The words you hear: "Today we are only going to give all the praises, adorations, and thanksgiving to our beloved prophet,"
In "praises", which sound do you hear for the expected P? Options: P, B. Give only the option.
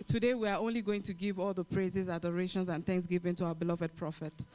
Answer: P